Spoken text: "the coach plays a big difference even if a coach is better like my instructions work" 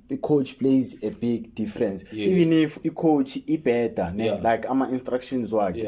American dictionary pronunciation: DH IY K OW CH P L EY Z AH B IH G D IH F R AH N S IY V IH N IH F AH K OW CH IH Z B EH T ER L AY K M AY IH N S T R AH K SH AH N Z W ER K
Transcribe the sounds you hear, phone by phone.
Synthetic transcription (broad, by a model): IY K OW CH P L EY Z AH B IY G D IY F R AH N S IY V IH N IH F AH K OW CH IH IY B EH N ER L AY K M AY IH N S T R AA K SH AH N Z W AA K